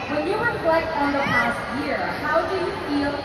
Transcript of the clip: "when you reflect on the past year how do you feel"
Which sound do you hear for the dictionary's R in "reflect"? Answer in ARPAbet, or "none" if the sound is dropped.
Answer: W